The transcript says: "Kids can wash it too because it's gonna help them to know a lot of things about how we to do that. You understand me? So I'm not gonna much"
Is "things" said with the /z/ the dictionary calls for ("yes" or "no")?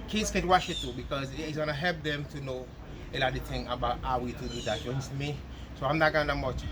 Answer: no